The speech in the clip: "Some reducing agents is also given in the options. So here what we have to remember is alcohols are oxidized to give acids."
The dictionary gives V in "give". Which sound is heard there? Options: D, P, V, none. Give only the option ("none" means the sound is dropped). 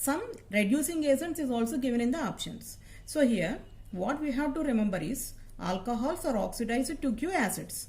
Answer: none